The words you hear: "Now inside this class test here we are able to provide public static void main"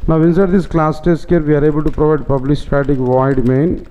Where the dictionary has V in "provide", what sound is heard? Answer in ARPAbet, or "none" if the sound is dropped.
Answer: V